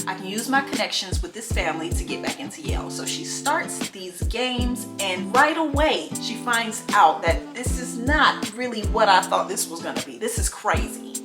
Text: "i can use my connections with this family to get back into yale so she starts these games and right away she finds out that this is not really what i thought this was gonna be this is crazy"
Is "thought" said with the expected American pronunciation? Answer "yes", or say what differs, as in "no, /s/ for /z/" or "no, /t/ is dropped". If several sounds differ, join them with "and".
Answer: yes